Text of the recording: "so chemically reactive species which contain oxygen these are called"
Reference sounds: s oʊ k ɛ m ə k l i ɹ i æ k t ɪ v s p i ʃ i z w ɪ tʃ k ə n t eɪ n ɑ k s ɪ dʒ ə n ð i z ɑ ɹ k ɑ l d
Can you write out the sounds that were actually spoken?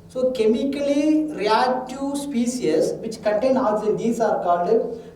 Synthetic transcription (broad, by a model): s oʊ k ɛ m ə k l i ɹ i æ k t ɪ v s p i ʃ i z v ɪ tʃ k ə n t eɪ n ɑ s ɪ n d i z ɑ ɹ k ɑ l d